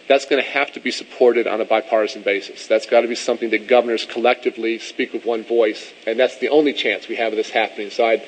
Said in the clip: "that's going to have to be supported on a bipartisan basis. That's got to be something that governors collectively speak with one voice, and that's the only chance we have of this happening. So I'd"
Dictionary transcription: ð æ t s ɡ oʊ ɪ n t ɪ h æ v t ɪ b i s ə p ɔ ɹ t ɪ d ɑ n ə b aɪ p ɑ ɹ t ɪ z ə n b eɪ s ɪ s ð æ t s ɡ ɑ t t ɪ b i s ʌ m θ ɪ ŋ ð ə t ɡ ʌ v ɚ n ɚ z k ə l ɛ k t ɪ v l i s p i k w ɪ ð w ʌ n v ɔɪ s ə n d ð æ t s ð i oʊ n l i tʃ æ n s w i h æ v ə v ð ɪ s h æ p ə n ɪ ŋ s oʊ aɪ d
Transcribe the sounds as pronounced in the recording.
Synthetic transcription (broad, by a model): ð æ t s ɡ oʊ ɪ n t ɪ h æ f t ɪ b i s ə p ɔ ɹ t ɪ d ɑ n ə b aɪ p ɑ ɹ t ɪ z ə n b eɪ s ɪ s ð æ t s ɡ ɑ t t ɪ b i s ʌ m θ ɪ ŋ ð ə t ɡ ʌ v ɚ n ɚ z k ə l ɛ k t ɪ v l i s p i k w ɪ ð w ʌ n v ɔɪ s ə n ð æ t s ð i oʊ n l i tʃ æ n s w i ə v ð ɪ s h æ p ə n ɪ ŋ s oʊ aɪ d